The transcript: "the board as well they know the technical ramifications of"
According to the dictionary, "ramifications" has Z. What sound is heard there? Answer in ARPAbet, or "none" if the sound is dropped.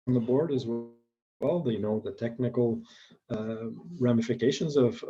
Z